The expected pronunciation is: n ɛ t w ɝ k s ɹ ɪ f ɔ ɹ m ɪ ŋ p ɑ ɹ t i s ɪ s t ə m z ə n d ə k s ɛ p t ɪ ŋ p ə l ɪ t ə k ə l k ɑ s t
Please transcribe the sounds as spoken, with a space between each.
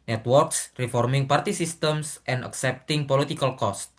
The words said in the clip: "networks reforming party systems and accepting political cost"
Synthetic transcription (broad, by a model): n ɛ t w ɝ k s ɹ ɪ f ɔ ɹ m ɪ ŋ p ɑ ɹ t i s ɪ s t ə m s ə n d ə k s ɛ p t ɪ ŋ p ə l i t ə k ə l k ɑ s t